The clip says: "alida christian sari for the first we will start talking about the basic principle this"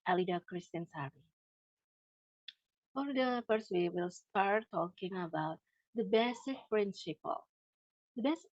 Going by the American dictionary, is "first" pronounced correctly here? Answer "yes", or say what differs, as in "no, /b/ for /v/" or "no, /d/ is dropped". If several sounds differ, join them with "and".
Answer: no, /p/ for /f/